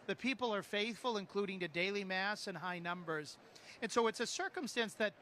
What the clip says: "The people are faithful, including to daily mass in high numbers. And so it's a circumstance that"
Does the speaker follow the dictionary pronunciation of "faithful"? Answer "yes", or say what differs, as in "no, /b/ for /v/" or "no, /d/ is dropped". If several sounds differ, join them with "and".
yes